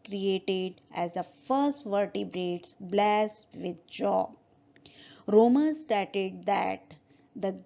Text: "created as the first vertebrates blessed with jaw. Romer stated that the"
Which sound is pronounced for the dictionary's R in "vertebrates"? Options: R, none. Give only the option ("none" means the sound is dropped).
R